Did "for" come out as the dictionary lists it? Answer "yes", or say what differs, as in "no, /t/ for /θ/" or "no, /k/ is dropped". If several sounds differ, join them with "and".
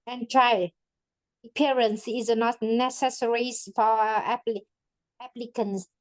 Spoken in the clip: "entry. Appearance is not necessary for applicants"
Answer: no, /l/ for /ɹ/